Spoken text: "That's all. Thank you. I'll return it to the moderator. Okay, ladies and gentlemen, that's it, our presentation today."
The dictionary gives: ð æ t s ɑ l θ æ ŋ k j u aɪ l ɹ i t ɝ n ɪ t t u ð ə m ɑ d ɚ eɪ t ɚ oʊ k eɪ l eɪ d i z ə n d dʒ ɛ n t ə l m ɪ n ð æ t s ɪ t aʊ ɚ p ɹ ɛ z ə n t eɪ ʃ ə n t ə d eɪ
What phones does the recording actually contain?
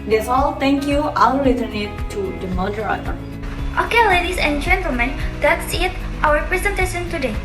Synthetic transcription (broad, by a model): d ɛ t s ɑ l t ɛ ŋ k j u aɪ l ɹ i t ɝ n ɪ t t u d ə m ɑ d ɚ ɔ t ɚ oʊ k eɪ l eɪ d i s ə n dʒ ɛ n t ə l m ɪ n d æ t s ɪ t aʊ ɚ p ɹ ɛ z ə n t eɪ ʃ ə n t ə d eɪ